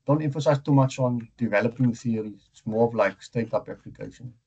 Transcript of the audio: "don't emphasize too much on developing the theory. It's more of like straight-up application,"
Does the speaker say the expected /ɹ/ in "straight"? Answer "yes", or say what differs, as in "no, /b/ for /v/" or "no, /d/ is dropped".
no, /ɹ/ is dropped